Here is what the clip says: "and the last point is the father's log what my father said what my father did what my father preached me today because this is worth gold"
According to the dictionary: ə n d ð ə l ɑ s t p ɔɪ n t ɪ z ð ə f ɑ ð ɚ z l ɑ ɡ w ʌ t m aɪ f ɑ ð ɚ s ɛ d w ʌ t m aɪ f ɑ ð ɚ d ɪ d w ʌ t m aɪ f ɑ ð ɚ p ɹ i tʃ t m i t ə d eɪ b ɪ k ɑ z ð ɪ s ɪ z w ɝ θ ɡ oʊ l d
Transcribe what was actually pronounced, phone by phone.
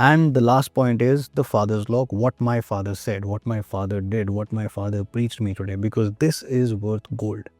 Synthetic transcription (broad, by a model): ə n d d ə l ɑ s t p ɔɪ n t ɪ z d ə f ɑ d ɚ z l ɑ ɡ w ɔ t m aɪ f ɑ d ɚ s ɛ d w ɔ t m aɪ f ɑ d ɚ d ɪ d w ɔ t m aɪ f ɑ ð ɚ p ɹ i tʃ t m i t ə d eɪ b ɪ k ɑ z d ɪ s ɪ z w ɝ t ɡ oʊ l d